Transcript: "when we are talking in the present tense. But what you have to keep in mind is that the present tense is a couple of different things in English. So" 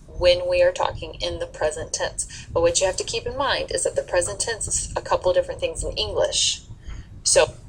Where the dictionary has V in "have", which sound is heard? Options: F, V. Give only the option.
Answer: F